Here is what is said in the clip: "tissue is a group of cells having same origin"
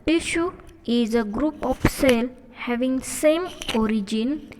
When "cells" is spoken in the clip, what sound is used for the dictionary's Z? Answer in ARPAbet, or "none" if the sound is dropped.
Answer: none